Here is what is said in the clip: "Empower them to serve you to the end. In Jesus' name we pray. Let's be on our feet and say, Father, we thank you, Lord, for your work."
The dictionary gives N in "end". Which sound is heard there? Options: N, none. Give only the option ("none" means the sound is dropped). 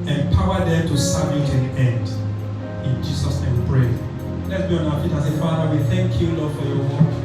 N